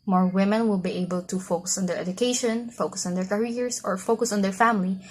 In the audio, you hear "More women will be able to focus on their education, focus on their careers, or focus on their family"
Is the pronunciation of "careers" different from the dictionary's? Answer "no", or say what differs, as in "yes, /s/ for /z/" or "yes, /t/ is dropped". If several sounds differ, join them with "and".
yes, /s/ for /z/